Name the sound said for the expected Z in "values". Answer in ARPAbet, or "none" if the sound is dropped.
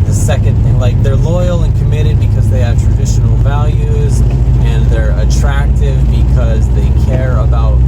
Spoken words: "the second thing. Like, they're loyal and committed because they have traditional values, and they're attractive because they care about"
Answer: Z